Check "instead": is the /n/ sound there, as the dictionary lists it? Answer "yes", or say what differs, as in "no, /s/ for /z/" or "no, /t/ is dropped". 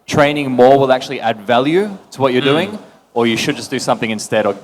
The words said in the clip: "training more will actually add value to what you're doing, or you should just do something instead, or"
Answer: yes